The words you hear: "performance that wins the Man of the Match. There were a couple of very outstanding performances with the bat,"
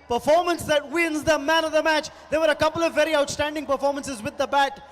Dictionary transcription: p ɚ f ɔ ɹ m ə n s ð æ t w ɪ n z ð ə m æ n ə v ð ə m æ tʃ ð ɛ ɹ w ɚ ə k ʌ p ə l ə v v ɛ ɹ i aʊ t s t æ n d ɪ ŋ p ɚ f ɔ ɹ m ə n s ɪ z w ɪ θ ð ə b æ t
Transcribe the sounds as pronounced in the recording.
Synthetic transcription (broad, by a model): p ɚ f ɔ ɹ m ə n s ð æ t w ɪ n z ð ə m æ n ə v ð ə m æ tʃ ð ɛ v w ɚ ə k ʌ p ə l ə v v ɛ ɹ i aʊ t s t æ n d ɪ ŋ p ɚ f ɔ ɹ m ə n s ɪ z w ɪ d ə b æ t